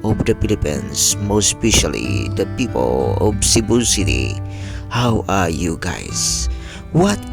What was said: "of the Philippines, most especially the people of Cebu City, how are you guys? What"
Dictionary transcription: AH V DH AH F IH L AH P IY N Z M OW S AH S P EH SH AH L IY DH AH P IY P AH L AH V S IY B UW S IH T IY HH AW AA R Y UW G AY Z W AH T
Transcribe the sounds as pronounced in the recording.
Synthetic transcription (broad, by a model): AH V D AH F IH L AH P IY N S M OW S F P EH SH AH L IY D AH P IY P AH L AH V S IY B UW S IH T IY HH AW AA R Y UW G AY S W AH T